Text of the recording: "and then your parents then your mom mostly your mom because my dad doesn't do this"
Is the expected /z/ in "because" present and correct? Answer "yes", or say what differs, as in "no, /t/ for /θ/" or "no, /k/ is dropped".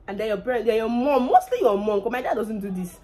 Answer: no, /z/ is dropped